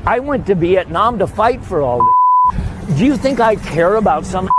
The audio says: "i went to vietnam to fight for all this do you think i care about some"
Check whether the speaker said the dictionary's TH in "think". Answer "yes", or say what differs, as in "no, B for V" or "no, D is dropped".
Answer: yes